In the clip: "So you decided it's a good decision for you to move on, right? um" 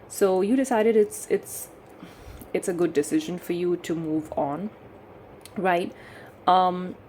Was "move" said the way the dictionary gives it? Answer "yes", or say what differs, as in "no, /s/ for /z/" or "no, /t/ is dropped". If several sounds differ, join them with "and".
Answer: yes